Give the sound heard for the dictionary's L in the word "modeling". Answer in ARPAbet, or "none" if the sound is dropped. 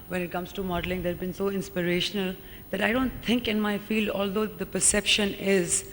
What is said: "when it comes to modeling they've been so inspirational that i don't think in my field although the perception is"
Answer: L